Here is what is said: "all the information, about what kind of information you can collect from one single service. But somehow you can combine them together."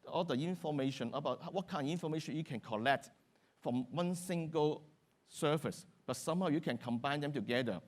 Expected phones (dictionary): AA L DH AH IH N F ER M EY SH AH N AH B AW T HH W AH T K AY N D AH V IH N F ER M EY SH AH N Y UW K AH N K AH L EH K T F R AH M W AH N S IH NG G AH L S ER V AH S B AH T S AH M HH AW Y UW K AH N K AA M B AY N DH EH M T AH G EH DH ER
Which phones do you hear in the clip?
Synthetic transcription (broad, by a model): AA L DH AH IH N F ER M EY SH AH N AH B AW T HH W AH T K AY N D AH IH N F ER M EY SH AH N Y UW K AH N K AH L EH K T F R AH M W AH N S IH NG G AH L S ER F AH S B AH T S AH M HH AW Y UW K AH N K AA M B AY N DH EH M T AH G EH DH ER